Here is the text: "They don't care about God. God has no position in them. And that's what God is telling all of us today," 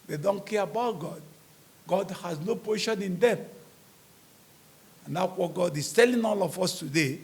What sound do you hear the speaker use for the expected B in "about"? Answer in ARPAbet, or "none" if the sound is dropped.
B